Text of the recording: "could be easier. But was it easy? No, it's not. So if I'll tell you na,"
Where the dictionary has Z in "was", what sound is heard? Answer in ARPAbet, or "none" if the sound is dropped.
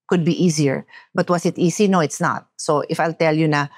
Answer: S